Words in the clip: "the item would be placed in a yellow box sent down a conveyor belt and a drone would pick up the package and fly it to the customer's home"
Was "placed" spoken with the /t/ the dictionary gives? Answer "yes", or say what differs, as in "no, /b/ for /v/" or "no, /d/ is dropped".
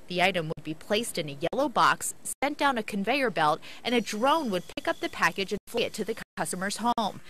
yes